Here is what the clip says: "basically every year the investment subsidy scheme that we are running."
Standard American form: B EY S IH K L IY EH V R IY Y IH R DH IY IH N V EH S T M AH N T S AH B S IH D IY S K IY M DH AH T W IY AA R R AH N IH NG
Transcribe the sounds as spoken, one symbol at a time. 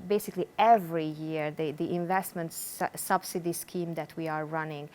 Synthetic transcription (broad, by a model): B EY S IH K L IY EH V R IY Y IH R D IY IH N V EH S T M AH N T S AH B S IH D IY S K IY M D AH T W IY AA R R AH N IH NG